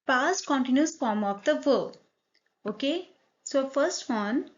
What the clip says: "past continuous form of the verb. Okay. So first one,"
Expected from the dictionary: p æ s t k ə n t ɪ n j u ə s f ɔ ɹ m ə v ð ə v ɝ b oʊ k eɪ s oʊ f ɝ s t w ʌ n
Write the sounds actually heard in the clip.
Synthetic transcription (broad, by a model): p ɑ s t k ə n t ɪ n j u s f ɔ ɹ m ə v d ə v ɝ oʊ k eɪ s oʊ f ɝ s t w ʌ n